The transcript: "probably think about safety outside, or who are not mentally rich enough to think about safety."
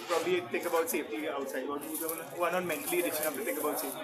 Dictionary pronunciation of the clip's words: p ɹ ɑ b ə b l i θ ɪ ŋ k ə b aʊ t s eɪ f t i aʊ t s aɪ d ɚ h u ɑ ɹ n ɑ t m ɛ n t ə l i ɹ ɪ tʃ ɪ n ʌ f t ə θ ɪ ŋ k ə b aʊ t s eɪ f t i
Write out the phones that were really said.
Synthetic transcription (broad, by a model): p ɹ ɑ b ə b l i t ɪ ŋ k ə b aʊ t s eɪ f t i aʊ t s aɪ d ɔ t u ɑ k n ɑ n m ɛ n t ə l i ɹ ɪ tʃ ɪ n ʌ p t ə t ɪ ŋ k ə b aʊ t s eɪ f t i